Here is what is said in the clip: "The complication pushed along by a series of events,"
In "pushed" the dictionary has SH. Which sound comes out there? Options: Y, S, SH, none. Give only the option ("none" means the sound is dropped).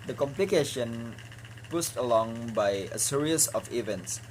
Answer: S